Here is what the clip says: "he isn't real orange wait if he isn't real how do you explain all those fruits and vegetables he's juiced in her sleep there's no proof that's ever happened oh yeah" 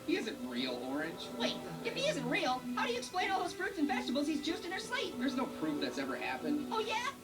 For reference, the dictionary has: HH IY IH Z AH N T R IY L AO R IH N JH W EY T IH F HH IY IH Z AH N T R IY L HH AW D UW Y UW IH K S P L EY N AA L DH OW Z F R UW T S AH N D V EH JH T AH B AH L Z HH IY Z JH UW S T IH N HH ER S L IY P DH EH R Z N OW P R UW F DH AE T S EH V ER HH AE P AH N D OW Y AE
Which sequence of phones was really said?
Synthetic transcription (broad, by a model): HH IY IH Z AH N T R IY L AO R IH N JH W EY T IH F HH IY IH Z AH N T R IY L HH AW D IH Y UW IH K S P L EY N AA L DH OW Z F R UW T S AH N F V EH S T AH B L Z HH IY Z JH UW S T IH N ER S L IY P DH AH R Z N OW P R UW F DH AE T S EH V ER HH AE P AH N D OW Y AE